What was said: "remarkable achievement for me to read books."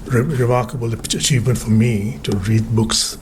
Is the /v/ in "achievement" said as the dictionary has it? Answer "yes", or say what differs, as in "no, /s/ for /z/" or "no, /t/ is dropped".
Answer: yes